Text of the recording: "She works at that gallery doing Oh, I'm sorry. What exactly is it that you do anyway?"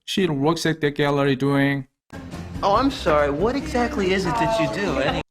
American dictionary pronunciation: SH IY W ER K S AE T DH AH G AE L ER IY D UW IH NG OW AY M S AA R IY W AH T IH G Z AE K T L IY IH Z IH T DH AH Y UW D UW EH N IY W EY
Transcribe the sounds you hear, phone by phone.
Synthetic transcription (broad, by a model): SH IY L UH K S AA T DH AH G AE L ER IY D UW IH NG OW AY M S AA R IY W AH T IH G Z AE K T L IY IH Z IH T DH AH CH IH D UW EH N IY